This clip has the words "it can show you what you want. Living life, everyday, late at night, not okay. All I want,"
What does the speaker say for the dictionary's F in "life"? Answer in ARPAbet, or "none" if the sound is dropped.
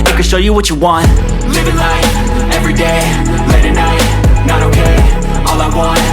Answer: none